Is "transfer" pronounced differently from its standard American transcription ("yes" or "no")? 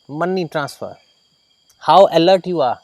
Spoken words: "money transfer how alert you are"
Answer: no